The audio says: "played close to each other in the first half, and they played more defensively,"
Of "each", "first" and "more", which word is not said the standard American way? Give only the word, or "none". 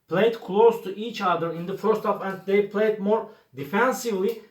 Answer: none